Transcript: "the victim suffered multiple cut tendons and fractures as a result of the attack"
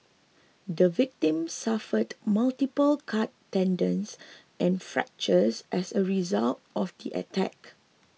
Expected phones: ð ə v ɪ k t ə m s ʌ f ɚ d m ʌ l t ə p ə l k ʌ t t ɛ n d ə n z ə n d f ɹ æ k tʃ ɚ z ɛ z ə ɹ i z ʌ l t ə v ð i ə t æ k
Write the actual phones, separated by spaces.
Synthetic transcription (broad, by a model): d ə v ɪ k t ə m s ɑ f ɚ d m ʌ l t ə p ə l k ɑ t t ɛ n d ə n s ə n f ɹ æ k tʃ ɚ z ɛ s ə ɹ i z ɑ l t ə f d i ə t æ k